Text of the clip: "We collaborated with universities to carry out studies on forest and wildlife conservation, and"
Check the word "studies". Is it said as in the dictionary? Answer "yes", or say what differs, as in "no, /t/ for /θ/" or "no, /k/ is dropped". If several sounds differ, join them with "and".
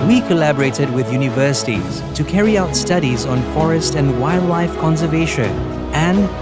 yes